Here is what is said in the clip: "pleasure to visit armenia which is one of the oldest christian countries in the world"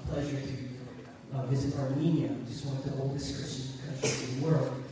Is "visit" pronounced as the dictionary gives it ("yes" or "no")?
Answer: yes